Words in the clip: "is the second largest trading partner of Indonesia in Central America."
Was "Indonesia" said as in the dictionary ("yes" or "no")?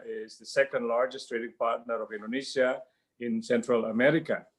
no